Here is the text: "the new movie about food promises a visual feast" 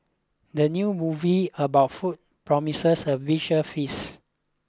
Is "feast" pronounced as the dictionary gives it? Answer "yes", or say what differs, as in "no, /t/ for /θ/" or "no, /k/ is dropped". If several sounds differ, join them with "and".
no, /t/ is dropped